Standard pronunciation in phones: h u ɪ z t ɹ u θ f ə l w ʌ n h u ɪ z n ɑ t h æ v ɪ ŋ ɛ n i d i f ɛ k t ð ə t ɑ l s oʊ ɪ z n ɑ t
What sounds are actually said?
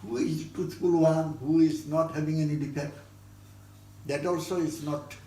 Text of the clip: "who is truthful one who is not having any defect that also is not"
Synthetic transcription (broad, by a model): h u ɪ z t u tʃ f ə l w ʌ n h u ɪ z n ɑ t h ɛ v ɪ ŋ ɛ n i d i p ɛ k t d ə t ɑ l s oʊ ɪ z n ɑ t